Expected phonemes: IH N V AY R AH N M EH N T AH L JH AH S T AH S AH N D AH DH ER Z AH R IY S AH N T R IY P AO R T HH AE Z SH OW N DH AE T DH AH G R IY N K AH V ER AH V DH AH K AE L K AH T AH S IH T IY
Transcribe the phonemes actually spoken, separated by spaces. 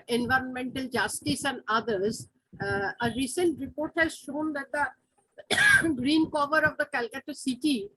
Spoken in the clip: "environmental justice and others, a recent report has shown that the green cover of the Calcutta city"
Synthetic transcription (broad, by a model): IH N V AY R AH N M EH N T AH L JH AH S T AH S AH N D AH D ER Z AH R IY S AH N T R IY P AO R T HH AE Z SH OW N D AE T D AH G R IY N K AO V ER AH V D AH K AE L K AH T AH S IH T IY